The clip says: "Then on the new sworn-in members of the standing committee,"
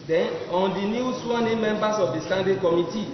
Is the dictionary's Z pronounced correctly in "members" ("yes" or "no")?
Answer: no